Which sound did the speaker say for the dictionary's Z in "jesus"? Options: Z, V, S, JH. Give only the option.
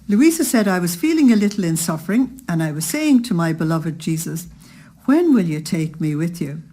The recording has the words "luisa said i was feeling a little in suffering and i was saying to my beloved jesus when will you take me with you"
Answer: Z